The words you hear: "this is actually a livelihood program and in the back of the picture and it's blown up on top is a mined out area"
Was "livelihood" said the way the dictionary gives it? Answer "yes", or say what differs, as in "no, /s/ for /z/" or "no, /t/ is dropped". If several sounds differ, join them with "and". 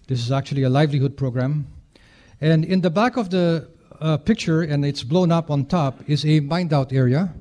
yes